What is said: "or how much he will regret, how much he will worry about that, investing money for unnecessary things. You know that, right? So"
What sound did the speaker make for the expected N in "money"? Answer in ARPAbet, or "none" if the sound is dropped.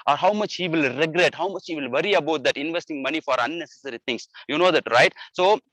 N